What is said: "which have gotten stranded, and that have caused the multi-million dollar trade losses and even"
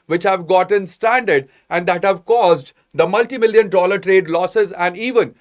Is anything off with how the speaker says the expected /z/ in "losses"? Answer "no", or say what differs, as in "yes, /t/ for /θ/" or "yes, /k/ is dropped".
no